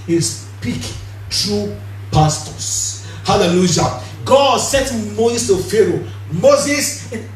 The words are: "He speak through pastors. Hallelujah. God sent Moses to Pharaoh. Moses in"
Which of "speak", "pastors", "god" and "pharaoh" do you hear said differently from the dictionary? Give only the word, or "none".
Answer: pastors